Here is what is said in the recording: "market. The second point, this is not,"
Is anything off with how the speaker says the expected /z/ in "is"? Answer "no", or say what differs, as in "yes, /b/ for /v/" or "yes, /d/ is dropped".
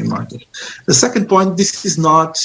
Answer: no